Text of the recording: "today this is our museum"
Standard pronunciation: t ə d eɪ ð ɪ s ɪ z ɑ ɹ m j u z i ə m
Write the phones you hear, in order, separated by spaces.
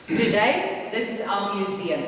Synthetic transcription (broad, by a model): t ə d eɪ ð ɪ s ɪ z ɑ l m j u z i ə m